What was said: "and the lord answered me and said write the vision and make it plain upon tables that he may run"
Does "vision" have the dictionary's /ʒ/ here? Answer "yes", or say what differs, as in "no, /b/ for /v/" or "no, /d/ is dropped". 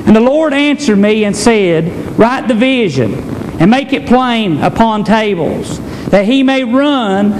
yes